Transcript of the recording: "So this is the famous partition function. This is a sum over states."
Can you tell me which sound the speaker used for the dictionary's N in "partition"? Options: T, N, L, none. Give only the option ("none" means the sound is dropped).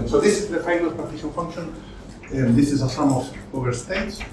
L